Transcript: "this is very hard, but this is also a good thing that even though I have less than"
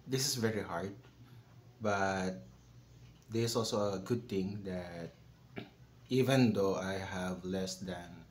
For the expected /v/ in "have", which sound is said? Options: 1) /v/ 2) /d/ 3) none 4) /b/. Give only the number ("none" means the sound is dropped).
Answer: 1